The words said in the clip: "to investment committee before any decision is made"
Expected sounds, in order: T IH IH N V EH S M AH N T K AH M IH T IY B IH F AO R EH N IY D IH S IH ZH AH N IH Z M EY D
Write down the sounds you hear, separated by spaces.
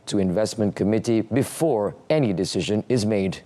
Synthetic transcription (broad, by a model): T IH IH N V EH S M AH N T K AH M IH T IY B IH F AO R EH N IY D IH S IH ZH AH N IH Z M EY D